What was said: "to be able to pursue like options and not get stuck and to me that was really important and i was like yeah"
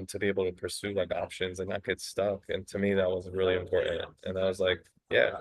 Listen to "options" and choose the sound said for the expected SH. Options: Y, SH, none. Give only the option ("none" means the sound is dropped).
SH